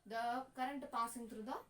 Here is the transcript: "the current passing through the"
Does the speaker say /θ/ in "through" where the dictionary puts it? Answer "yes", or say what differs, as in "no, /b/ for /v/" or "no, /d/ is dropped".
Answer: no, /t/ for /θ/